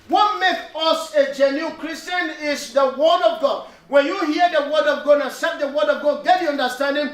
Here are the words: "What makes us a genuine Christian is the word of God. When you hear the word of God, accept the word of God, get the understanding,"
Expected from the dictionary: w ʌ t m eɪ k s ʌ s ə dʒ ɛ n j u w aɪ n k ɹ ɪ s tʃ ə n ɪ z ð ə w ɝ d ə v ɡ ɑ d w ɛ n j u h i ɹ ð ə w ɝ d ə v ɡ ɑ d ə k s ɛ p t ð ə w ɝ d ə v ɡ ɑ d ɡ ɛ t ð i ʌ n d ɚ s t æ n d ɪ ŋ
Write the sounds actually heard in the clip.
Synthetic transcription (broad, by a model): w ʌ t m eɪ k ʌ s ə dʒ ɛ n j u k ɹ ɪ s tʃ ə n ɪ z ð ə w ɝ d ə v ɡ ɑ d w ɛ n j u h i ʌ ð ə w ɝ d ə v ɡ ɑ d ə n s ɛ t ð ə w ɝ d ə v ɡ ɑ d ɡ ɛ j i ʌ n d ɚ s t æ n d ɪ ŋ